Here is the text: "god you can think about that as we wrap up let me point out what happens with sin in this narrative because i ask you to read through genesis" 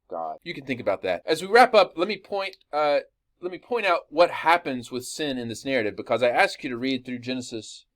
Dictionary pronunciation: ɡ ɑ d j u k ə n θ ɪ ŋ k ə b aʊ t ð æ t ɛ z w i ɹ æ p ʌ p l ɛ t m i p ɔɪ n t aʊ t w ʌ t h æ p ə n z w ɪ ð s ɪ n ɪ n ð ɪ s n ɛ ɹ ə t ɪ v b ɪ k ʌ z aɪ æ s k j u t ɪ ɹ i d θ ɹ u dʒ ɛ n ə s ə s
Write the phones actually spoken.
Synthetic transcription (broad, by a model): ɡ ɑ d j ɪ k ə n θ ɪ ŋ k ə b aʊ t ð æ t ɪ z w i ɹ æ p ʌ p l ɛ t m i p ɔɪ n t aʊ t w ʌ t h æ p ə n z w ɪ ð s ɪ n ɪ n ð ɪ s n ɛ ɹ ə t ɪ v b ɪ k ʌ z aɪ æ s k j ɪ t ɪ ɹ i d θ ɹ u dʒ ɛ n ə s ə s